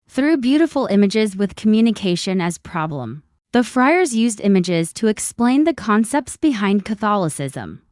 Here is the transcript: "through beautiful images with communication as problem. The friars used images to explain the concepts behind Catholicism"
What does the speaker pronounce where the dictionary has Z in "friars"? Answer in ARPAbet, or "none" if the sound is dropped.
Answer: Z